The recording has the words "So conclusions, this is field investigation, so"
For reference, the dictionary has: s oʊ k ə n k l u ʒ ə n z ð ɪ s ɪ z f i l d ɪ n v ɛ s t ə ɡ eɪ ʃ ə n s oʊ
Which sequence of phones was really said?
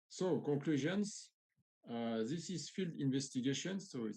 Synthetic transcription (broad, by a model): s oʊ k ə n k l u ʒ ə n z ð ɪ s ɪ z f i l d ɪ n v ɛ s t ə ɡ eɪ ʃ ə n s oʊ